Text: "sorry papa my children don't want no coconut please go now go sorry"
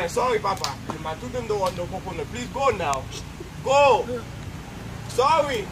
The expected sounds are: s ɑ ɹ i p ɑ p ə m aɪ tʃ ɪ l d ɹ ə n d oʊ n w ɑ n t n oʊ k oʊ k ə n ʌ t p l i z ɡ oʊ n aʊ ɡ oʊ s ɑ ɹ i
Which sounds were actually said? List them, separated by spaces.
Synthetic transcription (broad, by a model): s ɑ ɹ i p ɑ p ə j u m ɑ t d ə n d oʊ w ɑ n n oʊ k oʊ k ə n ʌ p l i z ɡ oʊ n aʊ ɡ oʊ s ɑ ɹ i